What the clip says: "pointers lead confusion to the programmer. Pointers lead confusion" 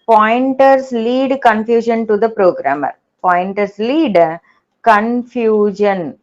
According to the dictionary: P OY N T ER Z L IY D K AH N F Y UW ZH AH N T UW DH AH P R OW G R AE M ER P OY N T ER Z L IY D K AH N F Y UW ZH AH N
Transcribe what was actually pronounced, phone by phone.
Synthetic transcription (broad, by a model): P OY N T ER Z L IY D K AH N F Y UW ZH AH N T UW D AH P R OW G R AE M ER P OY N T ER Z L IY D K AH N F Y UW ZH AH N